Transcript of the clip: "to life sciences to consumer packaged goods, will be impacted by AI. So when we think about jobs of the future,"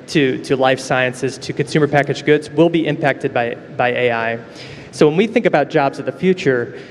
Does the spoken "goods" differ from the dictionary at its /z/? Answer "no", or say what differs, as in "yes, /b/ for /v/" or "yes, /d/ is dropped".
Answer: no